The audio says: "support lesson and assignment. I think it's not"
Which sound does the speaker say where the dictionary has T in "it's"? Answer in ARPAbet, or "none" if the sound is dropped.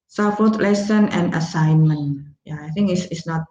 S